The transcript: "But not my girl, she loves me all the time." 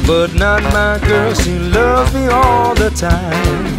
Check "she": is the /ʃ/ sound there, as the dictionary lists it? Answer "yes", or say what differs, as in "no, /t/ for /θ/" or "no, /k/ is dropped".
no, /s/ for /ʃ/